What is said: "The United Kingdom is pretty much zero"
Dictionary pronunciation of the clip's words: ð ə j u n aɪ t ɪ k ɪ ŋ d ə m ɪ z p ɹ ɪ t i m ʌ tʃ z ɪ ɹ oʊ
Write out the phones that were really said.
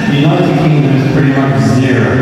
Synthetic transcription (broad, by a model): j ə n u aɪ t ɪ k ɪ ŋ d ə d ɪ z p ɹ ɪ t i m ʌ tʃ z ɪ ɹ